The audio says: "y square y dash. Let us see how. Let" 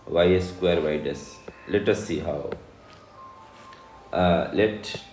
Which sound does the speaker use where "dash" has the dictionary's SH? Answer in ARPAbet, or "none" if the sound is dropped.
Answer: S